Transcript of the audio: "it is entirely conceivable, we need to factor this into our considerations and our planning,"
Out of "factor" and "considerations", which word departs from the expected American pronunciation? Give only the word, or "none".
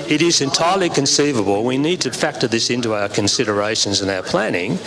none